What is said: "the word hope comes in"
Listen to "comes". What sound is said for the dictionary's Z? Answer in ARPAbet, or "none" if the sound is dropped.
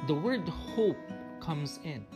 Z